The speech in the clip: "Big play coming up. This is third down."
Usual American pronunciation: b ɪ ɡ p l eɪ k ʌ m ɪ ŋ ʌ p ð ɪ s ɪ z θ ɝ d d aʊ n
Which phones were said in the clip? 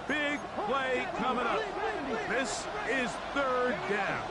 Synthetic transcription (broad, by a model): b ɪ ɡ p l eɪ k ʌ m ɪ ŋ ʌ p ð ɪ s ɪ z θ ɝ d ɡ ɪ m